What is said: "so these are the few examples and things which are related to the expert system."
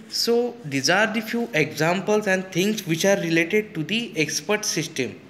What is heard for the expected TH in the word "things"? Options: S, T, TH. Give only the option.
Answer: T